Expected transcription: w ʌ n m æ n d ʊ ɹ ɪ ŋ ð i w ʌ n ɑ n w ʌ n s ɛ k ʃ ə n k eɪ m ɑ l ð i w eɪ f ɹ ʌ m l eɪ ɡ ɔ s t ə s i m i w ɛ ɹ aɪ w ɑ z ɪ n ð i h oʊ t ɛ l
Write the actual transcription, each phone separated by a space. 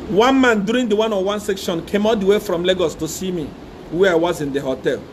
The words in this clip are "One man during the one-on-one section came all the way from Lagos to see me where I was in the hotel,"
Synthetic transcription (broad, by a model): w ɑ n m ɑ n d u ɹ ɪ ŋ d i w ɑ n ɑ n w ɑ n s ɛ k ʃ ə n k eɪ m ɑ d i w eɪ f ɹ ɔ m l eɪ ɡ ɔ s t ə s i m i w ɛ aɪ w ɑ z ɪ n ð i h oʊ t ɛ l